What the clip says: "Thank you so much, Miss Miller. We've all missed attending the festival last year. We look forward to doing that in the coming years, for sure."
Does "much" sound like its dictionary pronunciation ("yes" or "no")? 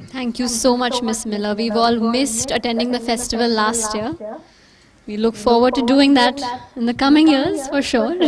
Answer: yes